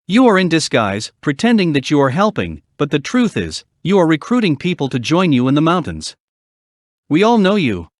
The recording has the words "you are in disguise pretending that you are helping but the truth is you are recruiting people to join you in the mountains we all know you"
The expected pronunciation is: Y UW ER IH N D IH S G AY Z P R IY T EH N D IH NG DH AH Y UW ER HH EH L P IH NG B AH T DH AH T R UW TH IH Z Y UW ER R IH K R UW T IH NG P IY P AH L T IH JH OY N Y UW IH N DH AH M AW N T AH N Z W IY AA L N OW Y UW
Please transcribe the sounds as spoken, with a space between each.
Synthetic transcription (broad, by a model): Y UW ER IH N D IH S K AY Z P R IY T EH N D IH NG DH AH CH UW ER HH EH L P IH NG B AH T DH AH T R UW TH IH Z Y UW ER R IH K R UW T IH NG P IY P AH L T IH JH OY N Y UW IH N DH AH M AW N T AH N Z W IY AA L N OW Y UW